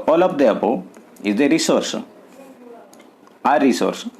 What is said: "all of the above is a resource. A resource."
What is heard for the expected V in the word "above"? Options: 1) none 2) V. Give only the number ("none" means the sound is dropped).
1